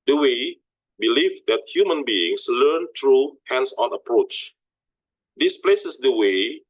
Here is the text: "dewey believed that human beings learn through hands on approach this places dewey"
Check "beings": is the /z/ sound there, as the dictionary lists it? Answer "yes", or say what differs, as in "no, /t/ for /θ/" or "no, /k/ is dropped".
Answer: no, /s/ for /z/